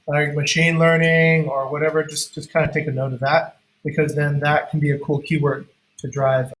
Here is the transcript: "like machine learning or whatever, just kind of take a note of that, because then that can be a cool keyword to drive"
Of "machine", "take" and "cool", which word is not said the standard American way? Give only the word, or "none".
none